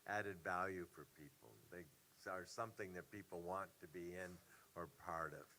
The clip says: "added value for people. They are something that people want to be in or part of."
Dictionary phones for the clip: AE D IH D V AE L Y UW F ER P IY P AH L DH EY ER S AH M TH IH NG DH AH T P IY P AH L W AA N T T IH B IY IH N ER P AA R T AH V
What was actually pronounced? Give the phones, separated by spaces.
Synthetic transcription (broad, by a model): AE D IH D V AE L Y UW F ER P IY P L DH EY ER S AH M TH IH NG DH AH T P IY P L W AA N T T IH B IY IH N ER P AA R T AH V